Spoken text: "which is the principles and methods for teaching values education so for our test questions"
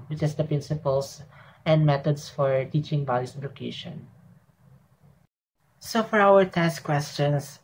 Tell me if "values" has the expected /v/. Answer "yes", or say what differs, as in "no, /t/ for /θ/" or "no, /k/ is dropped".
no, /b/ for /v/